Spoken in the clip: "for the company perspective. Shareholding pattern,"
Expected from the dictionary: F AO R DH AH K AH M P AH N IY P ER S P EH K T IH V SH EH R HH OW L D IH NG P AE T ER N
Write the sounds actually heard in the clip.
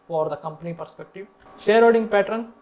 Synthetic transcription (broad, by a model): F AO R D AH K AH M P AH N IY P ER S P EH K T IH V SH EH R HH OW D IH NG P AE T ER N